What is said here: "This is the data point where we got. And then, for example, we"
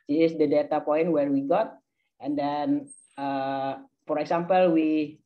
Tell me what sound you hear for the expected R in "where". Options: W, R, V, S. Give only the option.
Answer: R